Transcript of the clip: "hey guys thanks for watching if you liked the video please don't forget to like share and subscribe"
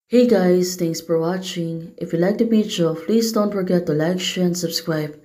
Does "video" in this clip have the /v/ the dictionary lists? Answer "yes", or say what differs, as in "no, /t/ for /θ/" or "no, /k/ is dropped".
no, /b/ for /v/